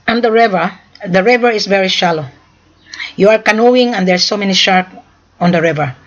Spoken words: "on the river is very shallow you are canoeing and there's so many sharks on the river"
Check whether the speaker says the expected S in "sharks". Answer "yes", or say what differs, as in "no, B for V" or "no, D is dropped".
no, S is dropped